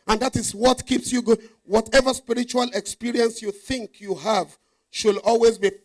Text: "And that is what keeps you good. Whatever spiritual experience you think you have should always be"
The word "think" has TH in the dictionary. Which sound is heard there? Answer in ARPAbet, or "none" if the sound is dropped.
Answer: TH